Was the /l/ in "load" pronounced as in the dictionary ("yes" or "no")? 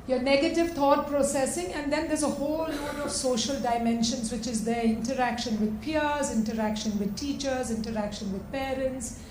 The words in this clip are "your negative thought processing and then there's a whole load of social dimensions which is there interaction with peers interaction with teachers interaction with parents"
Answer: no